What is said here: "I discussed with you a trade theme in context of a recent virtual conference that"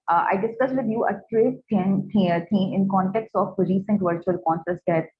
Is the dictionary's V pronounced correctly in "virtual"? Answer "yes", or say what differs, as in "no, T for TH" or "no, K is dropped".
yes